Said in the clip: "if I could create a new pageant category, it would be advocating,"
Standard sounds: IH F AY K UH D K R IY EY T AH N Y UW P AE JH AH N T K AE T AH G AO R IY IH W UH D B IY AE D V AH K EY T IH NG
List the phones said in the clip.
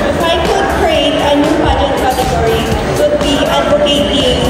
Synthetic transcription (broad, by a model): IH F AY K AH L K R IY EY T AH N Y UW B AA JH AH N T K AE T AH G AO R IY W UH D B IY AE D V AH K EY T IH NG